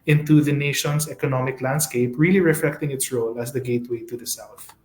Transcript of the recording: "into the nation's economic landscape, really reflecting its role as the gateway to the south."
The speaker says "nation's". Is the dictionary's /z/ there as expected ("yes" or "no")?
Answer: no